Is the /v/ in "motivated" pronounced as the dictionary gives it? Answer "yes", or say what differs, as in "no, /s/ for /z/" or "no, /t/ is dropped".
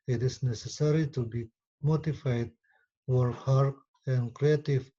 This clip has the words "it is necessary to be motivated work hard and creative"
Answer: no, /f/ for /v/